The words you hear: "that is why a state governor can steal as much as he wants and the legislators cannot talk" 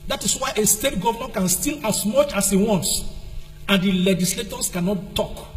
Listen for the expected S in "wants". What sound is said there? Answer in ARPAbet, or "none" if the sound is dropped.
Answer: S